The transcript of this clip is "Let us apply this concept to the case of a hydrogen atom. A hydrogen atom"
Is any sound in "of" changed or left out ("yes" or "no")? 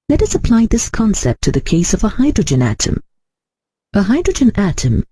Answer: no